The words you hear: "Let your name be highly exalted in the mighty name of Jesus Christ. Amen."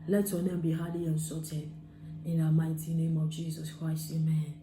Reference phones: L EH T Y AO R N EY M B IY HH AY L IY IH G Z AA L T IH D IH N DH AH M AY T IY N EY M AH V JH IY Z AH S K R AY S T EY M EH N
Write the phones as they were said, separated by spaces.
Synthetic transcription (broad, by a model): L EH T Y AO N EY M B IY HH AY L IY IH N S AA T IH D IH N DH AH M AY T IY N EY M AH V JH IY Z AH S K R AY S T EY M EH N